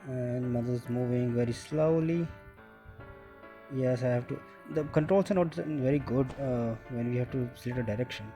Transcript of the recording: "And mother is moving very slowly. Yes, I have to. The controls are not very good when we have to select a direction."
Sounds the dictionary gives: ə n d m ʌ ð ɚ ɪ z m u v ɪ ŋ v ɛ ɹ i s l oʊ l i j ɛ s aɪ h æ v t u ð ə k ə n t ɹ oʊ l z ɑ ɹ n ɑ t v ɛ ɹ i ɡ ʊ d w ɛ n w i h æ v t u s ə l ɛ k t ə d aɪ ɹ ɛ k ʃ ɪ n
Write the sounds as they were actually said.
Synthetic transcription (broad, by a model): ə n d m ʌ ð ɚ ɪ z m u v ɪ ŋ v ɛ ɹ i s l oʊ l i j ɛ s aɪ h æ v t u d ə k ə n t ɹ oʊ l s ɑ ɹ n ɑ t v ɛ ɹ i ɡ ʊ d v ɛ n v i h æ v t u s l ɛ t ə d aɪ ɹ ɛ k ʃ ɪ n